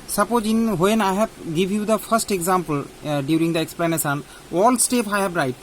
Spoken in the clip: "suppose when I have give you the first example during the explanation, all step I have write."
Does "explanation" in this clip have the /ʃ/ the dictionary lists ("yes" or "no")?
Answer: no